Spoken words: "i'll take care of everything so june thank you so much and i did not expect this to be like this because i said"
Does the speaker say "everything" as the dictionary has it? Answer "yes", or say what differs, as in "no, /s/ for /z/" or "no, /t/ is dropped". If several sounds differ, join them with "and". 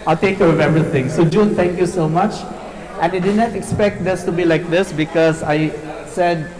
no, /t/ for /θ/